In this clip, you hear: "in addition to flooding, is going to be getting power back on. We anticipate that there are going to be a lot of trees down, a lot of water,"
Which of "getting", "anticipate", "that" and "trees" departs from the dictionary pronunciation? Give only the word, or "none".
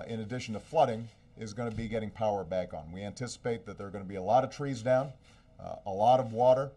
none